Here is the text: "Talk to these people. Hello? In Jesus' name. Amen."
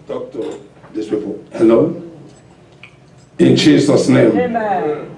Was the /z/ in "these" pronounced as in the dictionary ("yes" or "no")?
no